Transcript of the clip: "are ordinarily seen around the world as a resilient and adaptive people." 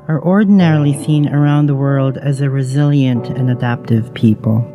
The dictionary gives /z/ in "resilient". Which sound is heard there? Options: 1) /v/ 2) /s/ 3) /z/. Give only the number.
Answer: 3